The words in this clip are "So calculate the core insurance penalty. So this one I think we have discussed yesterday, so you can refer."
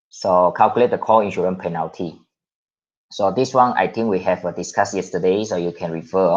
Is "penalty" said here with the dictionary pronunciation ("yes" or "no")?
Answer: yes